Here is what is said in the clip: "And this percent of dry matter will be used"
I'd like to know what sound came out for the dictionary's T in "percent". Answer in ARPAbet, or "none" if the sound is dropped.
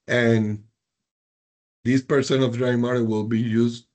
none